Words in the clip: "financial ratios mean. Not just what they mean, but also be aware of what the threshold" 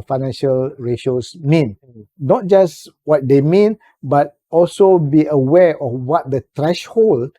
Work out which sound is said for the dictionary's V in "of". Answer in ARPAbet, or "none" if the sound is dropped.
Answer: F